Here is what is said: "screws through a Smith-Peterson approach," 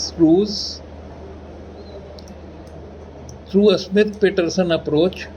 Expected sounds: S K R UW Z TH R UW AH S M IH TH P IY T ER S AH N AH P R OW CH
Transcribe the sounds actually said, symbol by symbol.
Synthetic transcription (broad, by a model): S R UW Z T R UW AH S M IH T P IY T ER S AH N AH P R OW CH